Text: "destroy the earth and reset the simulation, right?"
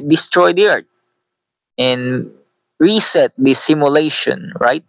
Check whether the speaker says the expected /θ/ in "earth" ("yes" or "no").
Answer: no